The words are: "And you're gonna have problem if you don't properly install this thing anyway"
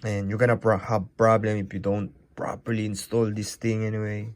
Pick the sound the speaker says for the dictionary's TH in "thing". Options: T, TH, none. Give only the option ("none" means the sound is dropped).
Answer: T